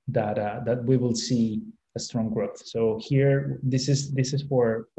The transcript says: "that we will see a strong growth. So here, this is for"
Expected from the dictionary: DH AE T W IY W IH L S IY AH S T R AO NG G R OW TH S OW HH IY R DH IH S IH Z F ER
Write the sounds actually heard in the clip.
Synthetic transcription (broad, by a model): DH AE T W IY W IH L S IY AH S T R AO NG G R OW TH S OW HH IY R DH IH S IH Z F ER